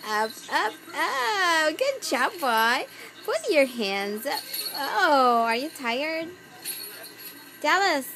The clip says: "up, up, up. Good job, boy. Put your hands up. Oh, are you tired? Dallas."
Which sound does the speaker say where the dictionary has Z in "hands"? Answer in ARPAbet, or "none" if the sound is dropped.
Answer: Z